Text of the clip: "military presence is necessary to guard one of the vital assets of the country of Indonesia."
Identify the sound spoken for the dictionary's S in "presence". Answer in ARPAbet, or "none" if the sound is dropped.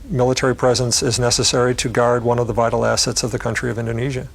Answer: S